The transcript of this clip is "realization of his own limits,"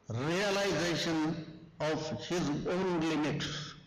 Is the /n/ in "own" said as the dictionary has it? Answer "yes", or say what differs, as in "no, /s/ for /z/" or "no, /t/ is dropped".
yes